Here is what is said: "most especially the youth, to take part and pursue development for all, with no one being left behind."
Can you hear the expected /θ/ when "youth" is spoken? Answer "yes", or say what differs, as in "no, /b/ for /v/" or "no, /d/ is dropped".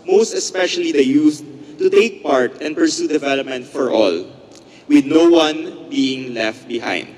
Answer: no, /s/ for /θ/